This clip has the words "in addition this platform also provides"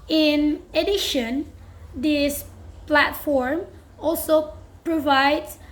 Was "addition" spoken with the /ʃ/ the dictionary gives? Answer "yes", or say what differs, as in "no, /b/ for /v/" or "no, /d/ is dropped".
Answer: yes